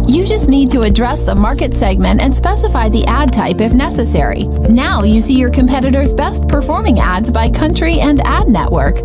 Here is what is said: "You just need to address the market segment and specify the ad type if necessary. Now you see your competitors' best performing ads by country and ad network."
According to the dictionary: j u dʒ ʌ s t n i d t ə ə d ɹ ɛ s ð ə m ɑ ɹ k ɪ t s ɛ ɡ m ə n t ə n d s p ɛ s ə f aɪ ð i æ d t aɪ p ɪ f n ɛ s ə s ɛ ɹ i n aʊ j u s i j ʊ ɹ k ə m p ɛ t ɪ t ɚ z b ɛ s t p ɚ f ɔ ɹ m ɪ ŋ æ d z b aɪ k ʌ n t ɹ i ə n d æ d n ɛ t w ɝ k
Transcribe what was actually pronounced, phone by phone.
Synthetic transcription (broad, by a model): j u dʒ ʌ s t n i d t ə ə d ɹ ɛ s ð ə m ɑ ɹ k ɪ t s ɛ ɡ m ə n t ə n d s p ɛ s ə f aɪ ð i æ d t aɪ p ɪ f n ɛ s ə s ɛ ɹ i n aʊ j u s i j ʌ ɹ k ə m p ɛ t ɪ t ɚ z b ɛ s t p ɚ f ɔ ɹ m ɪ ŋ æ d z b aɪ k ʌ n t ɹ i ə n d æ d n ɛ t w ɝ k